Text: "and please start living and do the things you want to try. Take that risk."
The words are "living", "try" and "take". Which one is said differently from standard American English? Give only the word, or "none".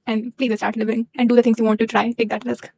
none